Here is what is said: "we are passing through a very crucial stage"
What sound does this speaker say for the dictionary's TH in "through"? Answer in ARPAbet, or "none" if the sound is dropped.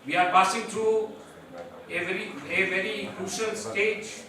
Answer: T